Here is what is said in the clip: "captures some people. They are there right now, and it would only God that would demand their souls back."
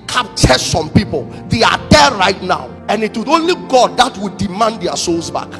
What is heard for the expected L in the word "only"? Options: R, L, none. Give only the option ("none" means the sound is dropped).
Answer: L